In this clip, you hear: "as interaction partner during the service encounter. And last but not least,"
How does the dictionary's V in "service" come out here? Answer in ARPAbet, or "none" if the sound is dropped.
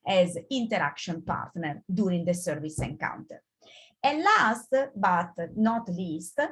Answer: V